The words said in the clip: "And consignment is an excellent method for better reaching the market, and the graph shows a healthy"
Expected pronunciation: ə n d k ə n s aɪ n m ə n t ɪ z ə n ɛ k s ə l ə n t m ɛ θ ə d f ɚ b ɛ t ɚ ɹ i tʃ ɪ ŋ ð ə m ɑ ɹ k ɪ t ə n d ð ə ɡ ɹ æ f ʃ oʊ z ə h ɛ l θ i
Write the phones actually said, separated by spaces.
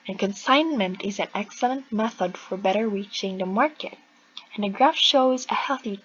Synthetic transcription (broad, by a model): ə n k ə n s aɪ n m ə n t ɪ z ə n ɛ k s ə l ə n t m ɛ θ ə d f ɚ b ɛ t ɚ ɹ i tʃ ɪ ŋ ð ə m ɑ ɹ k ɪ t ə n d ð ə ɡ ɹ æ f ʃ oʊ z ə h ɛ l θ i